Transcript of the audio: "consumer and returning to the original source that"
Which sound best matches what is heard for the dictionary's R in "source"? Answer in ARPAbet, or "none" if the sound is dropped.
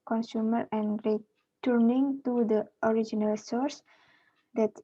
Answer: R